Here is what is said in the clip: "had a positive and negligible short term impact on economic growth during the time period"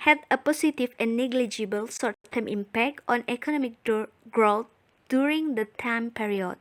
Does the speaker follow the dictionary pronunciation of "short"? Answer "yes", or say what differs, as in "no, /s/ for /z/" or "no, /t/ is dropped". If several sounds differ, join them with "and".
no, /s/ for /ʃ/